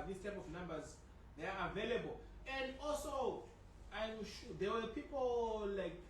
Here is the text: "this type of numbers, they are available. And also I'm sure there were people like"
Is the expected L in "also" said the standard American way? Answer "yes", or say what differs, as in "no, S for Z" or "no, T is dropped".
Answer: yes